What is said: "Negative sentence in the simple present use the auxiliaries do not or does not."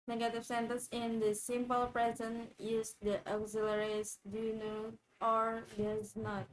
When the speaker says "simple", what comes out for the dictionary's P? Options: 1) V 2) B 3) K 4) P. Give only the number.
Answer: 4